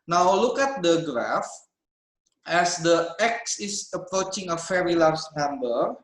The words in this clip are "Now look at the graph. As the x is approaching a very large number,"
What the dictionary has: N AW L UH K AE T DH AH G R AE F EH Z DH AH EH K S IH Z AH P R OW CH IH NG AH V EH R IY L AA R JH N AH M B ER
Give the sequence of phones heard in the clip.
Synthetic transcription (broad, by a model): N AW L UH K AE T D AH G R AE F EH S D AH EH K S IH S AH P R OW CH IH NG AH F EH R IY L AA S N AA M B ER